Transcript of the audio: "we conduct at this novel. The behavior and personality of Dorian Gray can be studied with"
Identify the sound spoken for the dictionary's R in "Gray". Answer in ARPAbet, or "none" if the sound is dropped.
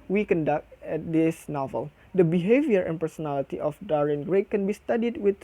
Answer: R